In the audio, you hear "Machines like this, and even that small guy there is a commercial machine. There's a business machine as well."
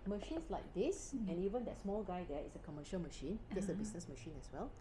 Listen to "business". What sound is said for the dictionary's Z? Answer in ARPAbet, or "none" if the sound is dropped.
S